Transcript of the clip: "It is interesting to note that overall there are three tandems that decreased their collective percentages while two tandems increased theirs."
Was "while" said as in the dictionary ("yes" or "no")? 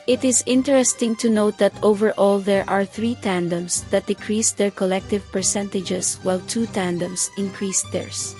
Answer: yes